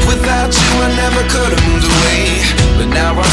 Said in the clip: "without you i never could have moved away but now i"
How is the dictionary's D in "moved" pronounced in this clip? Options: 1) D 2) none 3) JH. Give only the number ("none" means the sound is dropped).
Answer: 2